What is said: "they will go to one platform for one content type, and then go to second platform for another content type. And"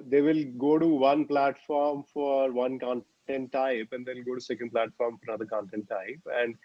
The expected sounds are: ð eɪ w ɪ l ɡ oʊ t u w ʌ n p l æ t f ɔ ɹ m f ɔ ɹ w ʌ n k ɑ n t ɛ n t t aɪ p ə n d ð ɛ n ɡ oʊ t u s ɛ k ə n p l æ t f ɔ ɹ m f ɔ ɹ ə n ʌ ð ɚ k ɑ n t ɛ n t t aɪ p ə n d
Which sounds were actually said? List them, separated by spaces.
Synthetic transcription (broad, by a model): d eɪ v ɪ l ɡ oʊ t u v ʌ n p l æ t f ɔ ɹ m f ɔ ɹ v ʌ n k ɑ n t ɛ n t t aɪ p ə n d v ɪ l ɡ oʊ t u s ɛ k ə n p l æ t f ɔ ɹ m f ɔ ɹ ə n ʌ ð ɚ k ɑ n t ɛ n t t aɪ p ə n d